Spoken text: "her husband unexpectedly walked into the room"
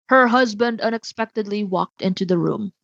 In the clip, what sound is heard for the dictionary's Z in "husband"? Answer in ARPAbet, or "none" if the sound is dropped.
Z